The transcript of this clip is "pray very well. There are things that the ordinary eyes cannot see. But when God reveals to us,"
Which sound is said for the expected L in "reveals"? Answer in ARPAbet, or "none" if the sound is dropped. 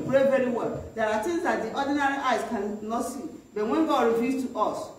none